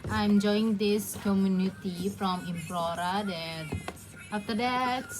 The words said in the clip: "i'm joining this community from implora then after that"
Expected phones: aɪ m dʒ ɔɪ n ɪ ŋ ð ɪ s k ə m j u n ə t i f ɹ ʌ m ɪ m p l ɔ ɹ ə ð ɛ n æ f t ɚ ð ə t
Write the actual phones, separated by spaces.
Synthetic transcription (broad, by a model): aɪ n dʒ ɔɪ ɪ ŋ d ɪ s k ə m j u n ə t i f ɹ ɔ m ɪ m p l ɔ ɹ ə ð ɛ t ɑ f t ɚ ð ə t